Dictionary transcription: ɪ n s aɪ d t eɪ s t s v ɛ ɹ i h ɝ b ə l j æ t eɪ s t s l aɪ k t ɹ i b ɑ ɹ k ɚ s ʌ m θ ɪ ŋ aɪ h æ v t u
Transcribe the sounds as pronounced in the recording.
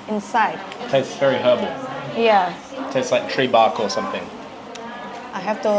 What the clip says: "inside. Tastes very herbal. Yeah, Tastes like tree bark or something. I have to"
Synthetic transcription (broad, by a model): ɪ n s aɪ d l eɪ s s v ɛ ɹ i h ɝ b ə l j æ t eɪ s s l aɪ k t ɹ i b ɑ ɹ k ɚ s ʌ m θ ɪ ŋ aɪ h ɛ f t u